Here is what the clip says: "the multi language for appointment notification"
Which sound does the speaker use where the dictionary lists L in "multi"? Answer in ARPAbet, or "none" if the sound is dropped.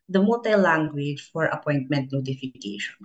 none